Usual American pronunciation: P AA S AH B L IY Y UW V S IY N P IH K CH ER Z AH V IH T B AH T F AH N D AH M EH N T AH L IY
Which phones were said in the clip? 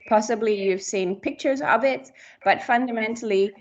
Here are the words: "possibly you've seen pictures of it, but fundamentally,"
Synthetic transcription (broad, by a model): P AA S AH B L IY Y UW V S IY N P IH K CH ER Z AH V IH T B AH T F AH N D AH M EH N T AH L IY